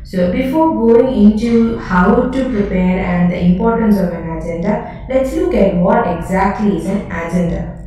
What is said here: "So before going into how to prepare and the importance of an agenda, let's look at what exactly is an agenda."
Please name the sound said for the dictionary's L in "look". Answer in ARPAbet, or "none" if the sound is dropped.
L